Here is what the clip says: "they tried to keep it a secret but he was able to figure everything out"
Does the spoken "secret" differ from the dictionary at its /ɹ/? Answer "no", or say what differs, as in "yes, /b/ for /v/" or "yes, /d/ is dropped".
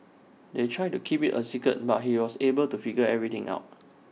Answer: yes, /ɹ/ is dropped